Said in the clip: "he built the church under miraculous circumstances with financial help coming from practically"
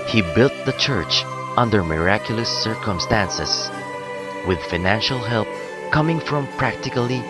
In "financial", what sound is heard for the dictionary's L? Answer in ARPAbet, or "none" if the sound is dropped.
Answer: L